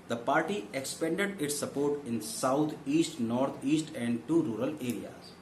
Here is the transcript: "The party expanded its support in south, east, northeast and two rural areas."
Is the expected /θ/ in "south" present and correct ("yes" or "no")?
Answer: no